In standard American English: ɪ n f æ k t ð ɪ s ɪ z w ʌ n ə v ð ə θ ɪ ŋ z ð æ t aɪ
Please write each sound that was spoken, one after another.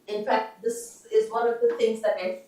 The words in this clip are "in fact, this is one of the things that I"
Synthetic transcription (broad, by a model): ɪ n f æ k t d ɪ s ɪ z w ʌ n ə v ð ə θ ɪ ŋ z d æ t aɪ